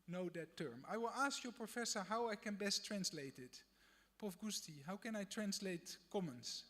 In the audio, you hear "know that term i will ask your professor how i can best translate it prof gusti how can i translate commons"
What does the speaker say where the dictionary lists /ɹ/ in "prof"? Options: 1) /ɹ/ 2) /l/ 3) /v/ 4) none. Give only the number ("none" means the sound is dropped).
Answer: 4